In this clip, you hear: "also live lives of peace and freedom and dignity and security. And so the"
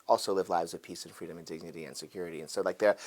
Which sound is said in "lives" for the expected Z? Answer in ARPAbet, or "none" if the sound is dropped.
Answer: Z